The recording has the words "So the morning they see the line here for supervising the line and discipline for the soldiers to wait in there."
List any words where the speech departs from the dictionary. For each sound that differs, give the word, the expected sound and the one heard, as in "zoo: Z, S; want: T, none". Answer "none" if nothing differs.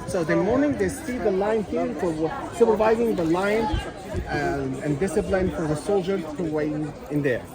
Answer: wait: T, none